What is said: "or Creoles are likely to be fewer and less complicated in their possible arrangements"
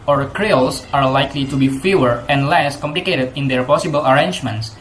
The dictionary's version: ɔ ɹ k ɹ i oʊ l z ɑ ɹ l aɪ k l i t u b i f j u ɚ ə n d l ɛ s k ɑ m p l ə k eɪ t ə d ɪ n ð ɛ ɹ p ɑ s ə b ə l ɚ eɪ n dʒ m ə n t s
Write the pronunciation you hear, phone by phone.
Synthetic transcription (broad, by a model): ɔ ɹ k ɹ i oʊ l s ɑ ɹ l aɪ k l i t u b i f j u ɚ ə n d l ɛ s k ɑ m p l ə k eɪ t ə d ɪ n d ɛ ɹ p ɑ s ə b ə l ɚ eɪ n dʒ m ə n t s